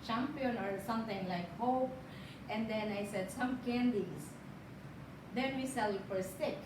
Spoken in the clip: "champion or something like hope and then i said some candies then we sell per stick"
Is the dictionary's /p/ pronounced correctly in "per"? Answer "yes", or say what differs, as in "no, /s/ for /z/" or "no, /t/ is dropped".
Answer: no, /f/ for /p/